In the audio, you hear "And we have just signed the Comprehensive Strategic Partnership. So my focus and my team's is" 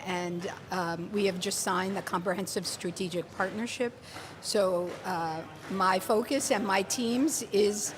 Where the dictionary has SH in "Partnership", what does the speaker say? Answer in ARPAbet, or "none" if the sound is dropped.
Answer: SH